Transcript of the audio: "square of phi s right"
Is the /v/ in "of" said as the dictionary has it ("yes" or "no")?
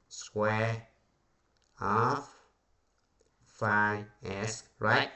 no